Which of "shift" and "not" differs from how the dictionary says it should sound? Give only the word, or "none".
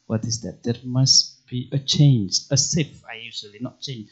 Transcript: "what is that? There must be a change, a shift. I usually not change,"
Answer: shift